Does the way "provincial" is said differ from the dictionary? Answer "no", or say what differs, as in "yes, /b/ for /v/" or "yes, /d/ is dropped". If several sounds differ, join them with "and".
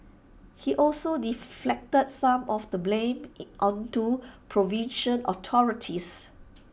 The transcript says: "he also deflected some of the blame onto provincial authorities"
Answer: yes, /n/ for /l/